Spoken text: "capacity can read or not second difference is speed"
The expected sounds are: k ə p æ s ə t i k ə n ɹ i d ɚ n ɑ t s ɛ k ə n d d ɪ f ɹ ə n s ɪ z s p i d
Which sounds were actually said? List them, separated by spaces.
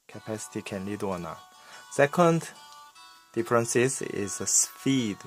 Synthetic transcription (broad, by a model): k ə p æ s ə t i k ə n l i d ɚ n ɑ s ɛ k ə n d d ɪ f ɹ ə n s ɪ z s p i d